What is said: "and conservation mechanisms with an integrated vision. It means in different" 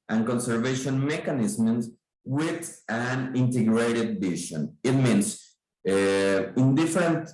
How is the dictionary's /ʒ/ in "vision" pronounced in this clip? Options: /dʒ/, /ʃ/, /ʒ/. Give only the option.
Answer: /ʃ/